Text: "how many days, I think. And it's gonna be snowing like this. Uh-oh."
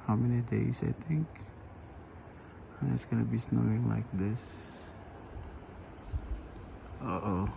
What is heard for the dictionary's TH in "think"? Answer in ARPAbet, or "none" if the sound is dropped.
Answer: T